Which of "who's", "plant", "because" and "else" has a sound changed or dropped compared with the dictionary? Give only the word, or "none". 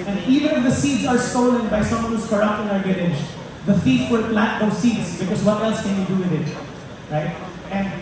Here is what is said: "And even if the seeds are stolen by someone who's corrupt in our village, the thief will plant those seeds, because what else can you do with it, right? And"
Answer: plant